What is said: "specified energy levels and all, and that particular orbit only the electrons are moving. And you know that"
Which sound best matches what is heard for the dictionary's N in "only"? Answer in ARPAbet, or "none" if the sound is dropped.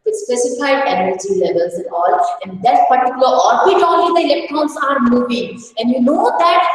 none